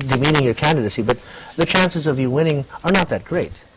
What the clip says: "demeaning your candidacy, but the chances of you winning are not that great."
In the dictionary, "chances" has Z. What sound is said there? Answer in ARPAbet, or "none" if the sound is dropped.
Z